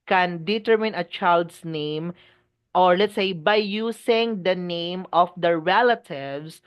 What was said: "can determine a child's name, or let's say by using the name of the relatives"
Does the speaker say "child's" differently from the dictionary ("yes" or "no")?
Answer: yes